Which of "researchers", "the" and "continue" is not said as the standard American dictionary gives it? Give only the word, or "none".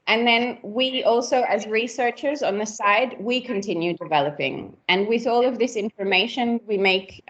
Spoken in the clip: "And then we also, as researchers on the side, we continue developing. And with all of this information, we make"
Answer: none